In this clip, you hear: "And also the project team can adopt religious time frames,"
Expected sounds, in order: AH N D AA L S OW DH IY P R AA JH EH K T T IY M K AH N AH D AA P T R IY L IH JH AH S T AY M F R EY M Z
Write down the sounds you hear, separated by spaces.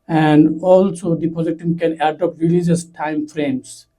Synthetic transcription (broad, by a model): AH N D AA L S OW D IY P AA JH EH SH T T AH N K AH N AH D AA P T R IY L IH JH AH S T AY M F R EY M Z